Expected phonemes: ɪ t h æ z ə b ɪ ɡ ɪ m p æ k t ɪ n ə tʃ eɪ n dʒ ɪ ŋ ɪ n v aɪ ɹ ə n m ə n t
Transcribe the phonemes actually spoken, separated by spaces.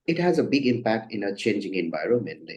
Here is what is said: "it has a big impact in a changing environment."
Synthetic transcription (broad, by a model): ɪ t h æ z ə b ɪ ɡ ɪ m p æ k t ɪ n ə tʃ eɪ n dʒ ɪ ŋ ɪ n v aɪ ɹ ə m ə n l